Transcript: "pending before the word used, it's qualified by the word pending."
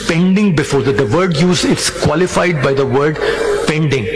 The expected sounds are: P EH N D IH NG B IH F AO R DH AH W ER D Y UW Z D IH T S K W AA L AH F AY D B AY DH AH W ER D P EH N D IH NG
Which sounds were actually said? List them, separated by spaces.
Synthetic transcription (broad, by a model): P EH N D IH NG B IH F AO R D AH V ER D Y UW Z IH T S K W AA L AH F AY D B AY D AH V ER D P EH N D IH NG